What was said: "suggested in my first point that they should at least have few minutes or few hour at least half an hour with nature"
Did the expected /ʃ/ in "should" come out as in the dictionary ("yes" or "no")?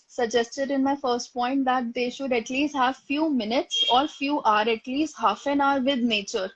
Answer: yes